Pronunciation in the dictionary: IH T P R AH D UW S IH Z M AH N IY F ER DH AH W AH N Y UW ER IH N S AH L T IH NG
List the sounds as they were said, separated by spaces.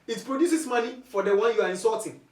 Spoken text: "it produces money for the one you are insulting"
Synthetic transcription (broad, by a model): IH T P R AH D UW S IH S M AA L IY F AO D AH W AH N Y UW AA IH N S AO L T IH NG